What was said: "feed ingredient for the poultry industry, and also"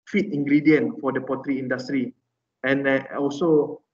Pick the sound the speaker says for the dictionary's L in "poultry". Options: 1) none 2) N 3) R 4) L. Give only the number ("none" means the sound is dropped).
1